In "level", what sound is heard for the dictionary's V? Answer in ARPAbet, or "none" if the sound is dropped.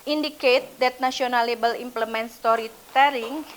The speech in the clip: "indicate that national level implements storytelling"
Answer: B